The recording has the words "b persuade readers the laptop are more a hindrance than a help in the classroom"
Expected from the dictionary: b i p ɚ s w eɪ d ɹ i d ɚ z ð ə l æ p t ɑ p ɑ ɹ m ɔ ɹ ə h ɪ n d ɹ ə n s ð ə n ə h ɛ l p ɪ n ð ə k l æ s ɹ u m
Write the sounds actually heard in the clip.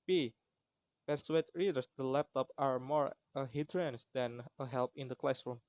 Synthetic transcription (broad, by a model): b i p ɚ s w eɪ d ɹ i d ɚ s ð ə l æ p t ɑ p ɑ ɹ m ɔ ɹ ə h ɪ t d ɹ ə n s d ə n ə h ɛ l p ɪ n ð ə k l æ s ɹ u m